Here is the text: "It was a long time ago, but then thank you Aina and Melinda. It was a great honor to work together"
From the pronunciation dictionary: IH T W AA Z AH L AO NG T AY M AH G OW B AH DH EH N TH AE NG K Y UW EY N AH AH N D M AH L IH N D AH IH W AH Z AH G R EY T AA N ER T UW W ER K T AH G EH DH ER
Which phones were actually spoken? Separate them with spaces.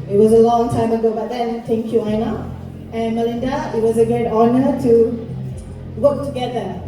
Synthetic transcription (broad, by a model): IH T W AA Z AH L AO NG T AY M AH G OW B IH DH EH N T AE NG K Y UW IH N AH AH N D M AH L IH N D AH IH W AH Z AH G EY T AA N ER T UW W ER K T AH G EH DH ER